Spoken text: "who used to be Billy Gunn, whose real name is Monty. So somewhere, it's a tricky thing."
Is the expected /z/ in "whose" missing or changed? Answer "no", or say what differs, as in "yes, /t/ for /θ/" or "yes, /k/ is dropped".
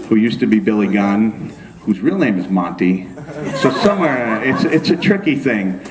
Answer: no